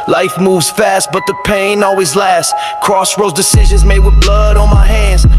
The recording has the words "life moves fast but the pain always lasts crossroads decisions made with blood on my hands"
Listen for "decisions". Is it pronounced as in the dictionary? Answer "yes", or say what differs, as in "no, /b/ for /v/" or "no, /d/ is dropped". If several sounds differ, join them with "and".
yes